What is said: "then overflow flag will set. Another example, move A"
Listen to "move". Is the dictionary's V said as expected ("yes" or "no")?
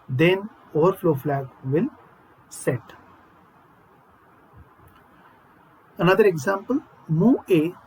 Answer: no